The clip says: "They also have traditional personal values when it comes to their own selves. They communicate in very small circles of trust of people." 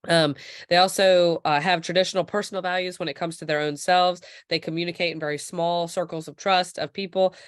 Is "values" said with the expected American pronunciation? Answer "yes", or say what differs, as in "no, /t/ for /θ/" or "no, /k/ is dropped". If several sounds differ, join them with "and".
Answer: yes